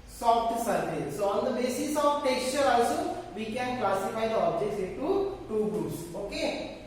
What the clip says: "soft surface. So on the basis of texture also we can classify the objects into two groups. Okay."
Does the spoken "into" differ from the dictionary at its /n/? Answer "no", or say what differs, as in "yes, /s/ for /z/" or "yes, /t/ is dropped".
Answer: yes, /n/ is dropped